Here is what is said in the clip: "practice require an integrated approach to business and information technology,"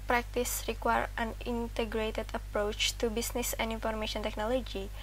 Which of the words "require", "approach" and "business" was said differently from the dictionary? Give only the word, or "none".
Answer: business